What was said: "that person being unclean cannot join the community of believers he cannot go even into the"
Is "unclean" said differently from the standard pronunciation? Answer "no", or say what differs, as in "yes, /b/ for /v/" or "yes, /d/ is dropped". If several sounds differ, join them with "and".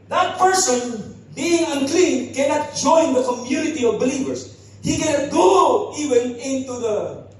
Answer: no